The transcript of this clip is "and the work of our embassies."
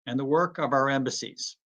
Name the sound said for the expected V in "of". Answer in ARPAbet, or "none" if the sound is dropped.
V